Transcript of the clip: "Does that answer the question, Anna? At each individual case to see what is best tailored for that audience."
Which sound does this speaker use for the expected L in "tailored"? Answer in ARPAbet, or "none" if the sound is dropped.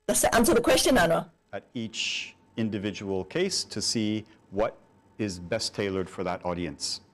L